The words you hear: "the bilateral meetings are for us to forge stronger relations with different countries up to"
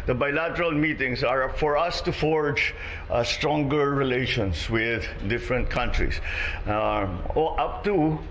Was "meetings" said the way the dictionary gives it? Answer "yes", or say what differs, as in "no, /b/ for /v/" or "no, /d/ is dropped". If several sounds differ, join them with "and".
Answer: no, /s/ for /z/